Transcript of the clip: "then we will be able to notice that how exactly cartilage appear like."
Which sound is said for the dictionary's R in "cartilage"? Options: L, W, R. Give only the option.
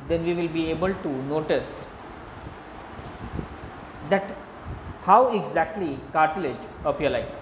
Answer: R